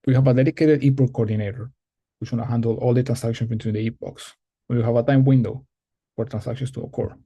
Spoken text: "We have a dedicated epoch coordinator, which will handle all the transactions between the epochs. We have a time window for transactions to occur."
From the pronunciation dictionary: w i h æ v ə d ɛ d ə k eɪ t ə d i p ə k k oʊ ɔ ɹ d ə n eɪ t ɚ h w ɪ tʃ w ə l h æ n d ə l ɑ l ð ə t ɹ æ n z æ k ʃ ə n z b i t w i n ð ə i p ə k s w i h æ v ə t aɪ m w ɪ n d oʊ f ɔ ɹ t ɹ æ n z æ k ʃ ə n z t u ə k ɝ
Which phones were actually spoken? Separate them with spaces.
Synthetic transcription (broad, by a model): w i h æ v ə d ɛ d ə k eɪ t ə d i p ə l k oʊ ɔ ɹ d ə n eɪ t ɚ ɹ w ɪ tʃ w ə n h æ n d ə l ɑ l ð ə t ɹ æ n s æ k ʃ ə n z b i t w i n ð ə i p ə k s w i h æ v ə t aɪ m w ɪ n d oʊ f ɔ ɹ t ɹ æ n s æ k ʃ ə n s t u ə k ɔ